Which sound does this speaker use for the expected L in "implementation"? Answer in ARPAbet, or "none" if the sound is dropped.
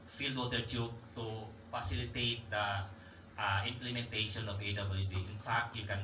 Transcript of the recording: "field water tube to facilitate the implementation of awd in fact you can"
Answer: L